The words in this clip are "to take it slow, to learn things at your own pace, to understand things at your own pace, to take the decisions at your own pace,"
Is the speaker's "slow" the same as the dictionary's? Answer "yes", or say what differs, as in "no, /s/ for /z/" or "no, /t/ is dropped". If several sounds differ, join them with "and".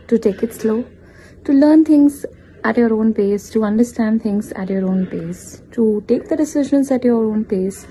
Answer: yes